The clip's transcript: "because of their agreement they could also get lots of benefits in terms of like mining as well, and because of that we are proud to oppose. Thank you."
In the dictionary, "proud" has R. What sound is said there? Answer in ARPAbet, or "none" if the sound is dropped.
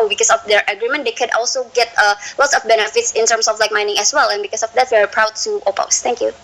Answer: R